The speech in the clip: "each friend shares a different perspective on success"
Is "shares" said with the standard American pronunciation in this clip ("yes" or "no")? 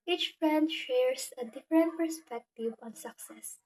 no